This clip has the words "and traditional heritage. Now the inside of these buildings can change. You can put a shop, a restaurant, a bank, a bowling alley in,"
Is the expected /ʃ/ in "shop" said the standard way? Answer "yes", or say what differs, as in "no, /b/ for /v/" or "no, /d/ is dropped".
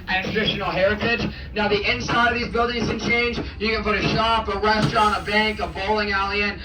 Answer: yes